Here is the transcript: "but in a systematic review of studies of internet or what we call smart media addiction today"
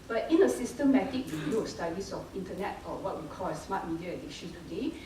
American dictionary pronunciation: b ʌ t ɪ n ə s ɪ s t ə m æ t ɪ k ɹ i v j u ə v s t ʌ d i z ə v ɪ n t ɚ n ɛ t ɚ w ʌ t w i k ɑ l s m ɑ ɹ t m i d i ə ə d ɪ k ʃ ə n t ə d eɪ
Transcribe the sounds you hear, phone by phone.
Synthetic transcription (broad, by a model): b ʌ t ɪ n ə s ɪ s t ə m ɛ t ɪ k w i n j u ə s t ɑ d i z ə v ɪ n t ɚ n ɛ t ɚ w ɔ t w i k ɑ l s m ɑ t m i d i ə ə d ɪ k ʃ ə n t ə d eɪ